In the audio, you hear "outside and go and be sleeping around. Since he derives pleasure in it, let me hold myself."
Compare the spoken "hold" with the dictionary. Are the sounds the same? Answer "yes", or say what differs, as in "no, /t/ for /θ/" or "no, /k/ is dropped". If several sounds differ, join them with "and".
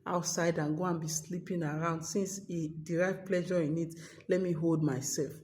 yes